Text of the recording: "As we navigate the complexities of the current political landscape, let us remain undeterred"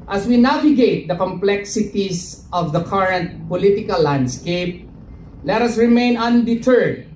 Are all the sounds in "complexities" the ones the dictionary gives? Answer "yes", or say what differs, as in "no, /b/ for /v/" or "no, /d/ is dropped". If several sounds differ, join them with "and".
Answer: no, /s/ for /z/